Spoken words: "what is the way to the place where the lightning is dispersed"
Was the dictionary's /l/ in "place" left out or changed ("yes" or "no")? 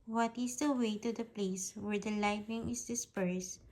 no